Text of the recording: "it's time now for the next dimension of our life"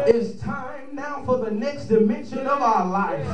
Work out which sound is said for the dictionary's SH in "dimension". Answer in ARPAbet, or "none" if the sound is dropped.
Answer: SH